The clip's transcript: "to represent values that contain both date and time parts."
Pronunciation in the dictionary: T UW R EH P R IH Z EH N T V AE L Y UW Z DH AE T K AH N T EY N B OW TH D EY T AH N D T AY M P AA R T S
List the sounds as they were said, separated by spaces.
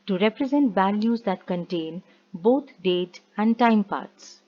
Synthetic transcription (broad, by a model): T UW R EH P R IH Z EH N T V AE L Y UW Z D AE T K AH N T EY N B OW T D EY T AH N D T AY M P AA R T S